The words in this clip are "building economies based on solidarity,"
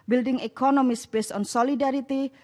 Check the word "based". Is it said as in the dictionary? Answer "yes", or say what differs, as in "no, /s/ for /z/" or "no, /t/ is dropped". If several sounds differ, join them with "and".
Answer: no, /t/ is dropped